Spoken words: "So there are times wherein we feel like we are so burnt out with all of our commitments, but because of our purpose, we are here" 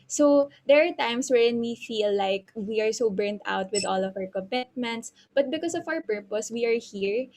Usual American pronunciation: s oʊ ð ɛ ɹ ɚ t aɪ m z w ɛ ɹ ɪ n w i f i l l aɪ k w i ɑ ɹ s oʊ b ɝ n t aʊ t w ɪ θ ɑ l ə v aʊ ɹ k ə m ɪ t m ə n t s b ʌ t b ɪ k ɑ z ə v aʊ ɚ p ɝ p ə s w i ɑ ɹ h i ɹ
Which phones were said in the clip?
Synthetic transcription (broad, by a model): s oʊ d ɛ ɹ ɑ t aɪ m s w ɛ ɹ ɪ n w i f i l l aɪ k w i ɑ ɹ s oʊ b ɝ n t aʊ t w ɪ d ɑ l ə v aʊ ɹ k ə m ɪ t m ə n t s b ʌ t b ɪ k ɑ s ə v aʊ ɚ p ɝ p ə s w i ɑ ɹ h i ɹ